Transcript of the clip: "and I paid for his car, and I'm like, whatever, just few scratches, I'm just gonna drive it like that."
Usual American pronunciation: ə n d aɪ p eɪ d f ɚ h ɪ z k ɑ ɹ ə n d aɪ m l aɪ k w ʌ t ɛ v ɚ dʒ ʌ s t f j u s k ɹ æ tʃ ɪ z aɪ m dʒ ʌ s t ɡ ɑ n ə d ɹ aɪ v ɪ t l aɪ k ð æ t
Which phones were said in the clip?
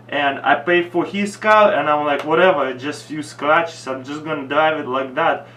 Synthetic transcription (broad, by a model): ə n aɪ p eɪ d f ɚ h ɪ s k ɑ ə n aɪ m l aɪ k w ʌ t ɛ v ɚ dʒ ʌ s t f j u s k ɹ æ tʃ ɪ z aɪ m dʒ ʌ s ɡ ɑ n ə d ɹ aɪ v ɪ t l aɪ k ð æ t